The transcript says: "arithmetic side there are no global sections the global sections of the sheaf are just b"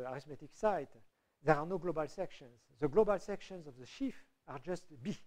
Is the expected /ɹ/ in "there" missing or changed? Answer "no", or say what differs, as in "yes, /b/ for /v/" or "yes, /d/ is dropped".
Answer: no